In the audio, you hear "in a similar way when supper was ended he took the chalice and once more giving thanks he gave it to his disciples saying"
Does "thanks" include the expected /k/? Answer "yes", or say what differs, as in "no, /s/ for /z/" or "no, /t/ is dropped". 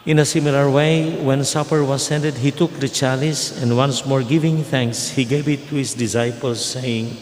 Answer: yes